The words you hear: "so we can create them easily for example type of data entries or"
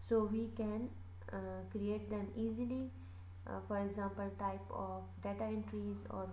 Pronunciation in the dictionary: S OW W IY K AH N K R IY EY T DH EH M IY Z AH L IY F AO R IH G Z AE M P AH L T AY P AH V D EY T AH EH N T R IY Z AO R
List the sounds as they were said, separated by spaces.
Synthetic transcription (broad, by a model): S OW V IY K AH N K R IY EY T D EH M IY Z AH L IY F AO R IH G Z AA M P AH L T AY P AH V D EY T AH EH N T R IY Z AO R